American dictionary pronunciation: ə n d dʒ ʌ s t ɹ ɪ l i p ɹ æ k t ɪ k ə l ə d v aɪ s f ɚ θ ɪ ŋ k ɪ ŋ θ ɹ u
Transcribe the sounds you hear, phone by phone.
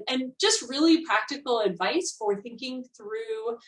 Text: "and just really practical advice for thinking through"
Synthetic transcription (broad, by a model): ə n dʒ ʌ s t ɹ ɪ l i p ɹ æ k t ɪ k l ə d v aɪ s f ɚ θ ɪ ŋ k ɪ ŋ θ ɹ u